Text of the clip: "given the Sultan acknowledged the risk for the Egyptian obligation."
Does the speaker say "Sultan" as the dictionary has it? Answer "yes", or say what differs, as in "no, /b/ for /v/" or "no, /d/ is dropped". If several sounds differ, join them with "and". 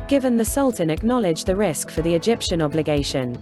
yes